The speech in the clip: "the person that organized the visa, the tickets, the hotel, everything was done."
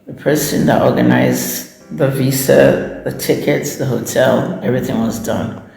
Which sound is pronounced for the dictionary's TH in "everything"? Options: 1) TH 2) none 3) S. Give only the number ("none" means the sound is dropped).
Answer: 1